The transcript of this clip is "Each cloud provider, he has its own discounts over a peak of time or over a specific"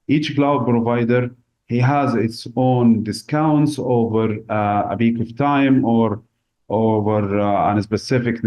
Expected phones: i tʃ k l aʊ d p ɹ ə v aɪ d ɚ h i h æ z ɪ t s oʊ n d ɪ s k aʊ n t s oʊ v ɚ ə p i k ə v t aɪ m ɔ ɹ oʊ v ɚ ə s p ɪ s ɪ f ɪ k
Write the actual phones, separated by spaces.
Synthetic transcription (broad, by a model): i tʃ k l aʊ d p ɹ ə v aɪ d ɚ h i h æ z ɪ t s oʊ n d ɪ s k aʊ n t s oʊ v ɚ ə b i k ə v t aɪ m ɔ ɹ oʊ v ɚ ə s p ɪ s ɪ f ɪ k